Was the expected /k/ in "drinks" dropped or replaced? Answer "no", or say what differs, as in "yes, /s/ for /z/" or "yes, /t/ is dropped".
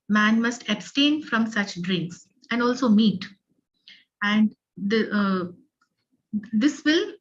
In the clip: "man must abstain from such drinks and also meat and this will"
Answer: no